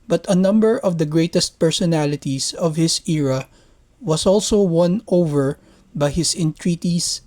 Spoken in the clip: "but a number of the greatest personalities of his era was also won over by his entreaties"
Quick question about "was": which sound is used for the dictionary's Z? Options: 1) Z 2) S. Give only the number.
2